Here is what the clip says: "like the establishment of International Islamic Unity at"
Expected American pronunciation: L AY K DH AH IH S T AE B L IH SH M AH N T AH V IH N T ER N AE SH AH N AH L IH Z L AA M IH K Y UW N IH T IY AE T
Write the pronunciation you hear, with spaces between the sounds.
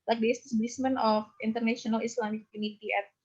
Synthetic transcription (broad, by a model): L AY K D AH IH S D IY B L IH S M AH N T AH F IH N T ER N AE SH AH N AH L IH S L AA M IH K Y UW N IH T IY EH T